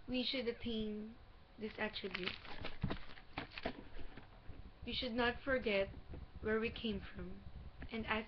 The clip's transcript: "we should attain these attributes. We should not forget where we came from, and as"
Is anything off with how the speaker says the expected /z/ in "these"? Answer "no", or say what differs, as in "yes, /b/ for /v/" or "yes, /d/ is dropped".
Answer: yes, /s/ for /z/